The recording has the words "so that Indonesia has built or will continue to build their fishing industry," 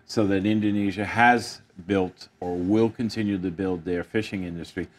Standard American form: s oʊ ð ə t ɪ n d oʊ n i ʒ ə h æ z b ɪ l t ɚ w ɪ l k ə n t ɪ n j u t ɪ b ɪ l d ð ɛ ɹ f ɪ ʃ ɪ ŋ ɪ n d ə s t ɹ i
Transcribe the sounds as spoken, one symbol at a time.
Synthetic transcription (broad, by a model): s oʊ ð ə t ɪ n d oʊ n i ʒ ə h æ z b ɪ l t ɚ w ɪ l k ə n t ɪ n j u t ɪ b ɪ l d ð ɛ ɹ f ɪ ʃ ɪ ŋ ɪ n d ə s t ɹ i